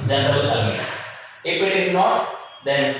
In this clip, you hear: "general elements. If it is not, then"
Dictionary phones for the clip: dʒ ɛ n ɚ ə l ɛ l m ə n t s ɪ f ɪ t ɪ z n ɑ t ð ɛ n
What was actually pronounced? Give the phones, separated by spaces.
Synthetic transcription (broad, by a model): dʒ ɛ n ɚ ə l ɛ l ə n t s ɪ f ɪ t ɪ z n ɑ t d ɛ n